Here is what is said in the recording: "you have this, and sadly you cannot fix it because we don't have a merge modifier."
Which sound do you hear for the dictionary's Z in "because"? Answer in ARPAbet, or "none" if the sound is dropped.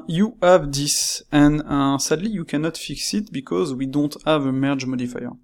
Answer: Z